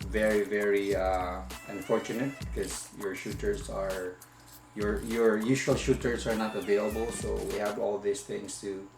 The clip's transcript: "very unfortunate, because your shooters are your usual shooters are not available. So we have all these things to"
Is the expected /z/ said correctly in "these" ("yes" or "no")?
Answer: no